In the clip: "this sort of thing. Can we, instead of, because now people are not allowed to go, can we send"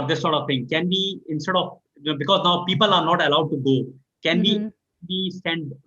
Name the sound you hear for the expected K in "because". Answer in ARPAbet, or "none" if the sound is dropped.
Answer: K